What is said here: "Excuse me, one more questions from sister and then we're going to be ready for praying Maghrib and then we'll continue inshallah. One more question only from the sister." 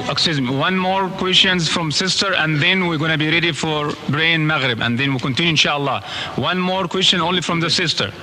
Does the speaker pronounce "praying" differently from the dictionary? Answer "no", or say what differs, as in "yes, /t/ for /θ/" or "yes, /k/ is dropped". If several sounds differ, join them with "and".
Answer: yes, /b/ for /p/